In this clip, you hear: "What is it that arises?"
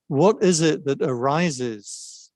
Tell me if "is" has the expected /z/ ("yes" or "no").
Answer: yes